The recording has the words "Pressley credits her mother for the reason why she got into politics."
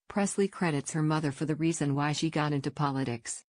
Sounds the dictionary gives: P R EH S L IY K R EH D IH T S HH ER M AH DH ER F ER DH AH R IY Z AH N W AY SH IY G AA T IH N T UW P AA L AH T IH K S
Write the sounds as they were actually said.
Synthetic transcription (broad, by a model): P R EH S L IY K R EH D IH T S HH ER M AH DH ER F ER DH AH R IY Z AH N W AY SH IY G AA T IH N T UW P AA L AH T IH K S